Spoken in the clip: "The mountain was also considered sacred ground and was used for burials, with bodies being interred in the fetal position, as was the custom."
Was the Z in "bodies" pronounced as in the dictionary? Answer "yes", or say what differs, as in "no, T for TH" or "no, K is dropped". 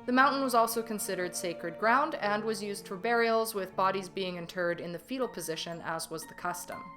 yes